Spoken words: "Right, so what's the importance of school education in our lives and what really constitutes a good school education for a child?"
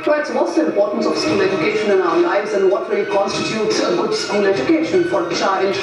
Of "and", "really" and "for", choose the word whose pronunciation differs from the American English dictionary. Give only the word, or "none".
really